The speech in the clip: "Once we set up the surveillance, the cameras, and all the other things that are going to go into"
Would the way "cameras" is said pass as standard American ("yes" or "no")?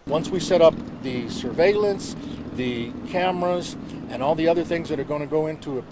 yes